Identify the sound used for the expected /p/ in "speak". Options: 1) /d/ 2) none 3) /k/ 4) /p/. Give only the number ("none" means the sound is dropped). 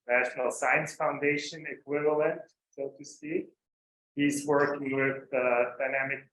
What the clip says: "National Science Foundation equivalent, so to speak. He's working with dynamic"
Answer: 2